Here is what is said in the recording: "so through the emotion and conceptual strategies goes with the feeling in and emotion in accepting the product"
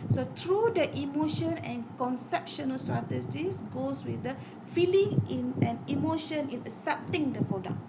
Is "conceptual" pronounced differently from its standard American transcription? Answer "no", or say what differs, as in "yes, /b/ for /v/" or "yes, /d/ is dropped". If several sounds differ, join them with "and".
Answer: yes, /ʃ/ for /tʃ/